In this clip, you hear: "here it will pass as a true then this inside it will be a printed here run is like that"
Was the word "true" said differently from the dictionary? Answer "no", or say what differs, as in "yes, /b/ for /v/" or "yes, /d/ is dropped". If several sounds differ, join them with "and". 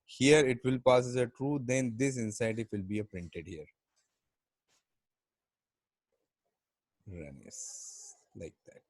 no